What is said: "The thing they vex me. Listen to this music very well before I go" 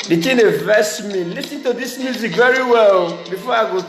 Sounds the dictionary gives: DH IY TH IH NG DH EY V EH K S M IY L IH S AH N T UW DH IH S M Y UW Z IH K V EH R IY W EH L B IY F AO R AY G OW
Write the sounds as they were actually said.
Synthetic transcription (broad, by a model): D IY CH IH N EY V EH S M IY L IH S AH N T UW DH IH S M Y UW Z IH K V EH R IY W EH L B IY F AO AY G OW